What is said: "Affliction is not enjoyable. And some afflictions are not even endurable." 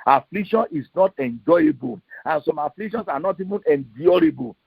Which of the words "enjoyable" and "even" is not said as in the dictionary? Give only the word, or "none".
none